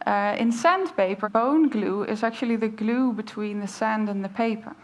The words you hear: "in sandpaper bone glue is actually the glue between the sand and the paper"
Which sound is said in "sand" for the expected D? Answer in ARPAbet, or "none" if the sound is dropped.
D